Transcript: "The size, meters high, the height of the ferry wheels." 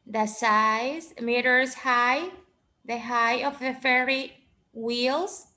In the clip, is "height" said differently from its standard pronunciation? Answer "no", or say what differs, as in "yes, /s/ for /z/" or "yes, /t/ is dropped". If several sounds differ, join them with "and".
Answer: yes, /t/ is dropped